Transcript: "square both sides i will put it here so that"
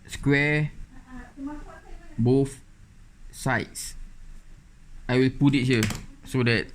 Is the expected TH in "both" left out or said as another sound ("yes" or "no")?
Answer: yes